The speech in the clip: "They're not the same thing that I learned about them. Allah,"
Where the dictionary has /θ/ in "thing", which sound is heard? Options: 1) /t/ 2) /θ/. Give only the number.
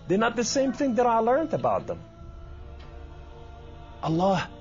2